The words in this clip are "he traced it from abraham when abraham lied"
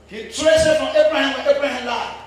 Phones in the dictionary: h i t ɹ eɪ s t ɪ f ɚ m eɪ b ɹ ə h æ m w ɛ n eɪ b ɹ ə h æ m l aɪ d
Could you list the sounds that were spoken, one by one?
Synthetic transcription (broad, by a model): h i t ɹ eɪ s ɪ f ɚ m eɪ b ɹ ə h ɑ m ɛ eɪ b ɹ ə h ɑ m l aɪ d